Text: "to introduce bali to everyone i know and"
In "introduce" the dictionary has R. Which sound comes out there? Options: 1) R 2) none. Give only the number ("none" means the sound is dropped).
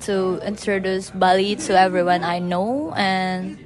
1